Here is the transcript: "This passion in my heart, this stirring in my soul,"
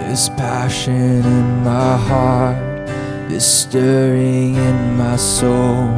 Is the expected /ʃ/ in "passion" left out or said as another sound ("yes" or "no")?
no